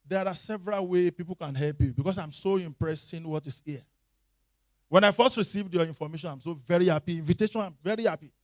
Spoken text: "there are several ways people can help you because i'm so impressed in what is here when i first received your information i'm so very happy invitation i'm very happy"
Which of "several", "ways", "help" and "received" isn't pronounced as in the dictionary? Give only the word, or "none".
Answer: ways